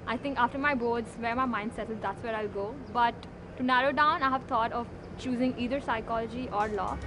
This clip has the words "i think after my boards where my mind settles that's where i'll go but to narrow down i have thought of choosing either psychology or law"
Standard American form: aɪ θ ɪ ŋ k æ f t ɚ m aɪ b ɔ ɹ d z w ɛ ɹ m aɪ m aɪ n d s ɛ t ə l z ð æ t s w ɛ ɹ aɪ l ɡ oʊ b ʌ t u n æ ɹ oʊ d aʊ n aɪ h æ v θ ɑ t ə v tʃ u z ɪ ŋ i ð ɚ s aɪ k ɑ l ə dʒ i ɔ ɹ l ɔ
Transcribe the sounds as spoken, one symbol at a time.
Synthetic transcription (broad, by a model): aɪ t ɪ ŋ k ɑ f t ɚ m aɪ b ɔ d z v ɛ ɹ m aɪ m aɪ n d s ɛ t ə z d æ t s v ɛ ɹ aɪ l ɡ oʊ b ʌ t u n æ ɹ oʊ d aʊ n aɪ h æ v t ɑ t ə v tʃ u z ɪ ŋ i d ɚ s aɪ k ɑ l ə dʒ i ɔ ɹ l ɔ